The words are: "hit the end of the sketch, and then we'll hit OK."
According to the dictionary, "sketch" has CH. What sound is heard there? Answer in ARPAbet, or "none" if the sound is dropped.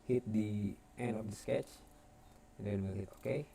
CH